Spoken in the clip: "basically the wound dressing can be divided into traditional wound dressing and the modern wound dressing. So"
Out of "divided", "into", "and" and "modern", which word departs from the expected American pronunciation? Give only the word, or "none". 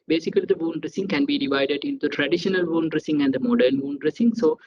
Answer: none